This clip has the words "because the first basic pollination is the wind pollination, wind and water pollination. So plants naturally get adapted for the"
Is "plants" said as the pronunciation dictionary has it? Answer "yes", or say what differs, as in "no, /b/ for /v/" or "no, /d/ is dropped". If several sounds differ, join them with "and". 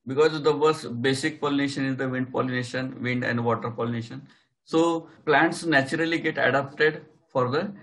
yes